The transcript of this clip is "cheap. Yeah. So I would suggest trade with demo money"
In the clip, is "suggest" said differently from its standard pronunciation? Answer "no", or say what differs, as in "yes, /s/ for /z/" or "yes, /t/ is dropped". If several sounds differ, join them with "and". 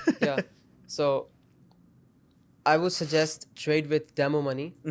no